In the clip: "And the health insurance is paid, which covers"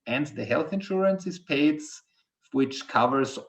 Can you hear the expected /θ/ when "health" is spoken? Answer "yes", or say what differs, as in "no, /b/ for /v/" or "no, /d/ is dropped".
yes